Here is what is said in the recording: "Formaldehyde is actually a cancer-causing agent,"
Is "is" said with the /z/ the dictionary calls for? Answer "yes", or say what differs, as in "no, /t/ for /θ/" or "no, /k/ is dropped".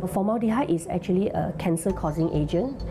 no, /s/ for /z/